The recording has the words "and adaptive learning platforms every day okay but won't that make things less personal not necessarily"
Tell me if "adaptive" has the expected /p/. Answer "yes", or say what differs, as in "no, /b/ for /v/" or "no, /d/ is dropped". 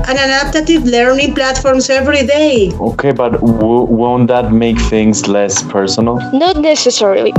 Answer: no, /p/ is dropped